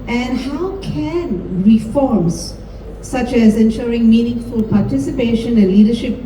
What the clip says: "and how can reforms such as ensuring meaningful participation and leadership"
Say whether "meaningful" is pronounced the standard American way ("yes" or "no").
yes